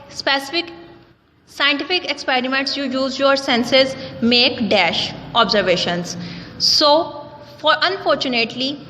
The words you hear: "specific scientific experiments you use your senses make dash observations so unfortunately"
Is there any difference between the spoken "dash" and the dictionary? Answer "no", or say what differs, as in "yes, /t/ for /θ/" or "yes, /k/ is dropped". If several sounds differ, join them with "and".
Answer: no